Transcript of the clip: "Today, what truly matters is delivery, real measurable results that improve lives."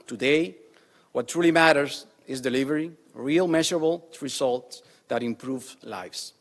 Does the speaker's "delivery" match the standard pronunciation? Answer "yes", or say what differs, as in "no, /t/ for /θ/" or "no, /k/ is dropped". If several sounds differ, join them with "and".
yes